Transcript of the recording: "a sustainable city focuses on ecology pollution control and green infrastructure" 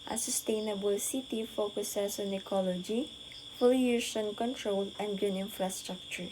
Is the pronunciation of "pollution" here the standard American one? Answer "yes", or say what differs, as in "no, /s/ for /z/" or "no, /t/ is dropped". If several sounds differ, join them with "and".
no, /f/ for /p/